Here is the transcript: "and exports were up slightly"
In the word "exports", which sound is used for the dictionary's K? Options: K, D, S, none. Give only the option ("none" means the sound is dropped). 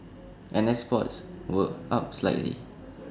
none